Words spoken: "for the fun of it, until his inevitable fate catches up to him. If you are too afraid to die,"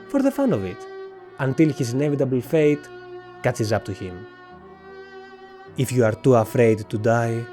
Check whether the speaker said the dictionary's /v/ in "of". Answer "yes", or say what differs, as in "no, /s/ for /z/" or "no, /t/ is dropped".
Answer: yes